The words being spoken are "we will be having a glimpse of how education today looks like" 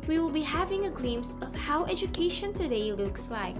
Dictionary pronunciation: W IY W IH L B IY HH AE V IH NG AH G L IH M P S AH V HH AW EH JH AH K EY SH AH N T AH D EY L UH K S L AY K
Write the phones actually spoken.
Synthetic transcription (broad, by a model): W IY W IH L B IY HH AE V IH NG AH G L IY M S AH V HH AW EH JH AH K EY SH AH N T AH D EY L UH K S L AY K